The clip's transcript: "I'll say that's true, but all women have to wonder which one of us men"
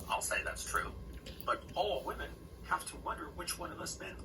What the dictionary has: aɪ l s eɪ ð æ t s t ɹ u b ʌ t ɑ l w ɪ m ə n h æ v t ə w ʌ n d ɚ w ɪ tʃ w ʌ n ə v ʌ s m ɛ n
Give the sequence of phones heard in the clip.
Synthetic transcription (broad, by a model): aɪ l s eɪ ð æ t s t ɹ u b ʌ t ɑ l w ɪ m ə n h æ f t ə w ʌ n d ɚ w ɪ tʃ w ʌ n ə v ʌ s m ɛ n